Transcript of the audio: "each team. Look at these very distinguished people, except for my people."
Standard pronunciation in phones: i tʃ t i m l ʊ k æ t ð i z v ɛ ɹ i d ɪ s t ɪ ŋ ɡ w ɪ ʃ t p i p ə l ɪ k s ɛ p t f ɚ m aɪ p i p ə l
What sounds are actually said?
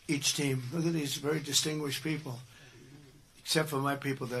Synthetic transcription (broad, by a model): i tʃ t i m l ʊ k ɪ t ð i z v ɛ ɹ i d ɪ s t ɪ ŋ ɡ w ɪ ʃ p i p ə l ɪ k s ɛ p t f ɚ m aɪ p i p l